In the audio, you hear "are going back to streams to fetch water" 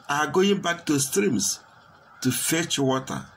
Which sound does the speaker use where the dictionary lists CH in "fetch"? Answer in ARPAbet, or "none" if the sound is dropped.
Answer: CH